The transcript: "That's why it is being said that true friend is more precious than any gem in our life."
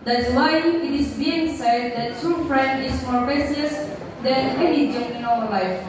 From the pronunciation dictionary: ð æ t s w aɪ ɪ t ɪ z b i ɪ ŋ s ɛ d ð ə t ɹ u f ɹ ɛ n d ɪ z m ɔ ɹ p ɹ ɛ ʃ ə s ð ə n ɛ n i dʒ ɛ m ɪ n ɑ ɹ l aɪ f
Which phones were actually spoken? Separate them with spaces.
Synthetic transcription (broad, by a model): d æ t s w aɪ ɪ t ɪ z b i ɪ ŋ s ɛ d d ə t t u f ɹ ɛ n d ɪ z m ɔ ɹ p ɛ s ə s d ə n ɛ n i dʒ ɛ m ɪ n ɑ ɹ l aɪ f